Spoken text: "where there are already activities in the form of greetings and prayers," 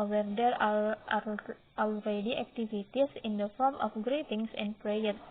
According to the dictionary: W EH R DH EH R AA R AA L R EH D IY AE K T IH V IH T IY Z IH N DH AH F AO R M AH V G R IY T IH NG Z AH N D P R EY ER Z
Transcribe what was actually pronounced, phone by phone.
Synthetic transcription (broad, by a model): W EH R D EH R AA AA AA L R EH D IY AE K T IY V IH T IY S IH N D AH F AO R M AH F G R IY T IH NG S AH N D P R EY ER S